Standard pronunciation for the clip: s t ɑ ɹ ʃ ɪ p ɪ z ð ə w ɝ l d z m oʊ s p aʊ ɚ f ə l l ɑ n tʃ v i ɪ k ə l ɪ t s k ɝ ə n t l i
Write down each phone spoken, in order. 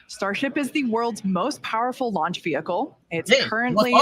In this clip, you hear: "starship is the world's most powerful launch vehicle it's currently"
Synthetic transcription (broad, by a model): s t ɑ ɹ ʃ ɪ p ɪ z ð ə w ɝ l d z m oʊ s p aʊ ɚ f l l ɑ n tʃ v i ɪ k l ɪ t s k ɝ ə n t l i